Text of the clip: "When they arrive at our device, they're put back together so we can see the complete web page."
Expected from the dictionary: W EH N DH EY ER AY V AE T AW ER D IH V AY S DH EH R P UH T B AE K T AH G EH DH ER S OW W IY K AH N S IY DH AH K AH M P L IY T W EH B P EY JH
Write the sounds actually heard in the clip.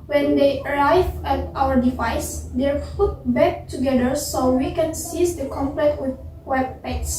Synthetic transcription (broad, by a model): W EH N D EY ER AY V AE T AW ER D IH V AY S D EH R F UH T B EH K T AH G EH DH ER S OW W IY K AH N S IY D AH K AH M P L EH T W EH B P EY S